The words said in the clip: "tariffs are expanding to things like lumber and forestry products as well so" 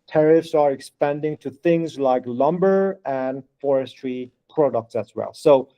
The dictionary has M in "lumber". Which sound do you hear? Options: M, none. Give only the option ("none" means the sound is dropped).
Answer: M